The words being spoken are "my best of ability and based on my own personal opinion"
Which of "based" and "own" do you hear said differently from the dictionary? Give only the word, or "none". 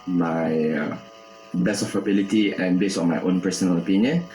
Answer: based